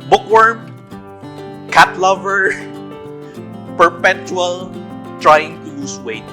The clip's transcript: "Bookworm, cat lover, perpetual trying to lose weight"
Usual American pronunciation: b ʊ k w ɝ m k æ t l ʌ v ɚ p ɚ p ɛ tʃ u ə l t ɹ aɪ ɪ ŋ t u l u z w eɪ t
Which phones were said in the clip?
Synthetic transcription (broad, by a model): b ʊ k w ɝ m k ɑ t l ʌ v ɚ p ɚ p ɛ tʃ u ə l t ɹ aɪ ɪ ŋ t u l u s w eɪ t